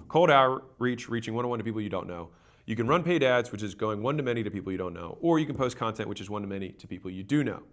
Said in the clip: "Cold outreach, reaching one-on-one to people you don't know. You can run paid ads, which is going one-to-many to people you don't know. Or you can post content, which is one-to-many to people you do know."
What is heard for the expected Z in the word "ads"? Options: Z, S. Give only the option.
Z